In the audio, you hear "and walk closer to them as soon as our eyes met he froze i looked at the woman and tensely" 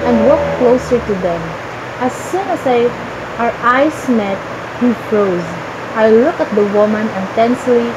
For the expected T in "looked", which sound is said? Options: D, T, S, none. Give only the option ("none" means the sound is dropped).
none